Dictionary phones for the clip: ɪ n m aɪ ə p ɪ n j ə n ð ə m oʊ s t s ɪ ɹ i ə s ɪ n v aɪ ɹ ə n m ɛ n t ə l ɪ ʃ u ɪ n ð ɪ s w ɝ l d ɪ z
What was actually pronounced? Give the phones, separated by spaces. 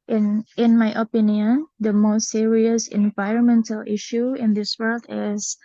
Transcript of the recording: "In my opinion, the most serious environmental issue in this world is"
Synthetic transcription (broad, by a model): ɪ n m aɪ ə p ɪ n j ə n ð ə m oʊ s t s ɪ ɹ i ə s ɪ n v aɪ ɹ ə n m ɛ n t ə l ɪ ʃ u ɪ n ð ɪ s w ɝ l d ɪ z